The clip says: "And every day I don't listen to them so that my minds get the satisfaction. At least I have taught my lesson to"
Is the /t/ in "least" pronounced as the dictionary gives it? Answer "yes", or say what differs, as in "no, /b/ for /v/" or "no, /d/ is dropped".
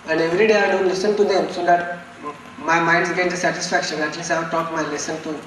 no, /t/ is dropped